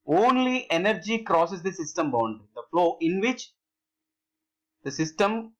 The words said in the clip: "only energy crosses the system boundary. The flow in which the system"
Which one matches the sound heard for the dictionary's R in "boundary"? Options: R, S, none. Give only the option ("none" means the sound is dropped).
none